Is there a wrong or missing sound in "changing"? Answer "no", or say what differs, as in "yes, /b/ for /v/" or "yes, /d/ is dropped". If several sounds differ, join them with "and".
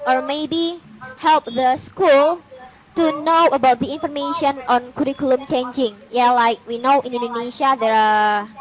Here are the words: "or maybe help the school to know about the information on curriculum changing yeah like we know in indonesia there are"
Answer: no